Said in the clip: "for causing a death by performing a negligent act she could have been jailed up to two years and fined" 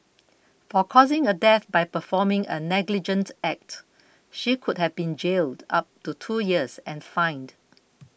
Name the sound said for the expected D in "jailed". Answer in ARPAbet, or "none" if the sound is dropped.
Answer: D